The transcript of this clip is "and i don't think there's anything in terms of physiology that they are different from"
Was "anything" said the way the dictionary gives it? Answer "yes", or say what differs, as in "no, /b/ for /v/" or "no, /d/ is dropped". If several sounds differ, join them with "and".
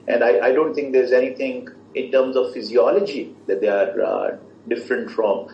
no, /t/ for /θ/